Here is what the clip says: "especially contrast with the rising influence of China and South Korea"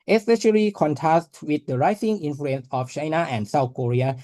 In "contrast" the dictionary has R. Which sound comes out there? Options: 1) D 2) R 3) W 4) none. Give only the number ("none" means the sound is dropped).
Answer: 4